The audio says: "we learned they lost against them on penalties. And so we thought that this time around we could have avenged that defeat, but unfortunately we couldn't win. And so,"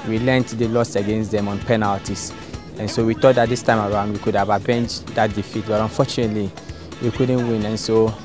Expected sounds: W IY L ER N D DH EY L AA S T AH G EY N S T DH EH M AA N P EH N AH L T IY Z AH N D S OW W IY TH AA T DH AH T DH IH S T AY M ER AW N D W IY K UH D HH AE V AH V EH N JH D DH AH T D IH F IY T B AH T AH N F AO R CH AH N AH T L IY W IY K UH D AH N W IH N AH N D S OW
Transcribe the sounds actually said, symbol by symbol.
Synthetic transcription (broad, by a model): W IY L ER N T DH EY L AA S AH G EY N S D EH M AA N P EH N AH L T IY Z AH N S OW W IY T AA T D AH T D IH S T AY M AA AW N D W IY K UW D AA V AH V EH N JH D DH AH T D IH F IY T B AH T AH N F AO CH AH N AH T L IY W IY K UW D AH N W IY N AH N S OW